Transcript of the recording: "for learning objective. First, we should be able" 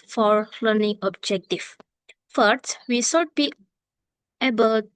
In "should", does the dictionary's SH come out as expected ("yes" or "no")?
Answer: no